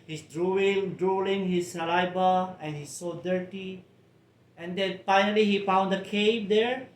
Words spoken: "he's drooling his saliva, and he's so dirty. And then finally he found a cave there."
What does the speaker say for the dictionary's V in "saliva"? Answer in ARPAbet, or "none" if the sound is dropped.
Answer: B